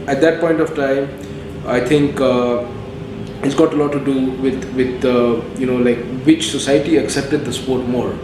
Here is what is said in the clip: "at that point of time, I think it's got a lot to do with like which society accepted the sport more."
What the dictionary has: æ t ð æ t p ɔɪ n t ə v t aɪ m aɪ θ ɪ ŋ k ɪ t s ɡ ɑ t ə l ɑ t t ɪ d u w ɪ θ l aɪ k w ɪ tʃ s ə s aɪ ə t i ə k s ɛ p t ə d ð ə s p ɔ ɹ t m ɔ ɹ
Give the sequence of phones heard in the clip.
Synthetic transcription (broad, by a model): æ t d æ t p ɔɪ n t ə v t aɪ m aɪ t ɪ ŋ k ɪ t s ɡ ɑ t ə l ɑ t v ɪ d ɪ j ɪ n l aɪ k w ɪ tʃ s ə s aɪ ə t i ə k s ɛ p t ə d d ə s p ɔ ɹ t m ɔ ɹ